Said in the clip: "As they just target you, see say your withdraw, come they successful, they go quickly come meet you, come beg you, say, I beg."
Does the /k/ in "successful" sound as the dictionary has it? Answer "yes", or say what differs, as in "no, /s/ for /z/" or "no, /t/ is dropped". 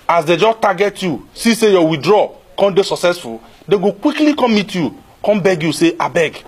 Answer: yes